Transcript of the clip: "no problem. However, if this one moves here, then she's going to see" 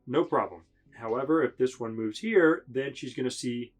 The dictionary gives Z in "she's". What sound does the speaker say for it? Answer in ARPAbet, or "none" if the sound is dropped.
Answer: Z